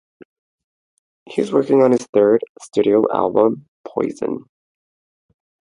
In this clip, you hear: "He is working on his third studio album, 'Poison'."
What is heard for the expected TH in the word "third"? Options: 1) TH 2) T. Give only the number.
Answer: 1